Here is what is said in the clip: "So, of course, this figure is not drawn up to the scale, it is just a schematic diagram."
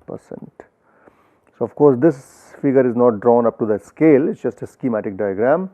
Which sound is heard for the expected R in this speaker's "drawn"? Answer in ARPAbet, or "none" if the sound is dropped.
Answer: R